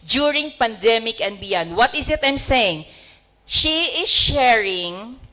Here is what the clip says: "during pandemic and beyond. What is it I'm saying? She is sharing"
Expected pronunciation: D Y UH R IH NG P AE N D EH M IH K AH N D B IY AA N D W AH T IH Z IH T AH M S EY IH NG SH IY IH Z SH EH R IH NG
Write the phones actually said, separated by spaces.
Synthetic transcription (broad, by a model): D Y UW R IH NG P AE N D EH M IH K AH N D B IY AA N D W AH T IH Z IH T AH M S EY IH NG SH IY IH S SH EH R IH NG